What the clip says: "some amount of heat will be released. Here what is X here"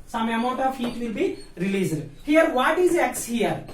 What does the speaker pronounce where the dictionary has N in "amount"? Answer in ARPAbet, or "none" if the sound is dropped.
none